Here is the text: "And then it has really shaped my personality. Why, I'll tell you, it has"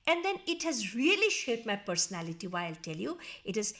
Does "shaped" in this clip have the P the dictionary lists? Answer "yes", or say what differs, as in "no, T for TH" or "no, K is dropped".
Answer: no, P is dropped